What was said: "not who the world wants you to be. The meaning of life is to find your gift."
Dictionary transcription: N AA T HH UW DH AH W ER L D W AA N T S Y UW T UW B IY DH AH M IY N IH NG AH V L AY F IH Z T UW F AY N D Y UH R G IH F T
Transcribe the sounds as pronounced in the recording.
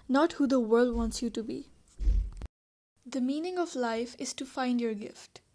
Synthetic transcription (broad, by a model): N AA T HH UW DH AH W ER L D W AA N T S Y UW T UW B IY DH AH M IY N IH NG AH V L AY F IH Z T UW F AY N D Y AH R G IH F T